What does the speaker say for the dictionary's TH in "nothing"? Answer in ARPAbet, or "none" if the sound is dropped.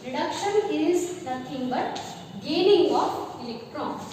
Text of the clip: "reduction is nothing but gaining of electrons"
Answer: T